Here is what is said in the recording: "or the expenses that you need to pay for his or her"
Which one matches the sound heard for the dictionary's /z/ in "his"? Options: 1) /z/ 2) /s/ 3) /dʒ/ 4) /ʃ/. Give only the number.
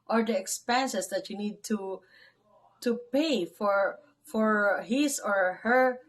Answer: 2